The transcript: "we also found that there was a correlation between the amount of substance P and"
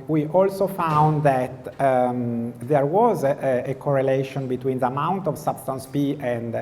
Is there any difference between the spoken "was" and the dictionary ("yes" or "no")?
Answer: no